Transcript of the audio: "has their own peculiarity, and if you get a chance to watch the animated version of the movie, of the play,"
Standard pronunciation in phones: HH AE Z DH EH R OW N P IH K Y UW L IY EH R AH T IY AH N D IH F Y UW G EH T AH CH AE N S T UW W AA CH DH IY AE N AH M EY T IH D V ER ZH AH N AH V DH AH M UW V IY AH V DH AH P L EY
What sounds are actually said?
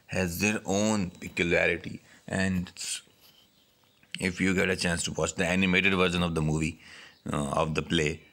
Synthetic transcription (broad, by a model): HH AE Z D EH R OW N P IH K Y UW L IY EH R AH T IY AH N D IH F Y UW G EH T AH CH AE N S T UW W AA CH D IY AE N AH M EY T IH D V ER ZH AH N AH V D AH M UW V IY AH V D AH P L EY